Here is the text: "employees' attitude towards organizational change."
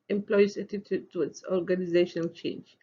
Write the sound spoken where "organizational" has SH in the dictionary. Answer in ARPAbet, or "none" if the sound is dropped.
SH